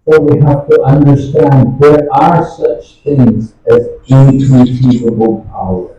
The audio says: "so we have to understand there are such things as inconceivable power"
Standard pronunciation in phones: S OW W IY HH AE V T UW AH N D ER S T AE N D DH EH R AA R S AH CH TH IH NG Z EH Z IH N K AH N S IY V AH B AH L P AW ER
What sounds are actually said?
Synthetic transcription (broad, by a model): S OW W IY HH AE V T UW AH N D ER S T AE N D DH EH R AA R S AH CH TH IH NG Z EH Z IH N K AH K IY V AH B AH L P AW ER